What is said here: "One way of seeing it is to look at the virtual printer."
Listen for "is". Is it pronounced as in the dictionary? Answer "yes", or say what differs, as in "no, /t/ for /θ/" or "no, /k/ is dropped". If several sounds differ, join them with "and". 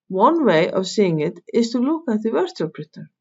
no, /s/ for /z/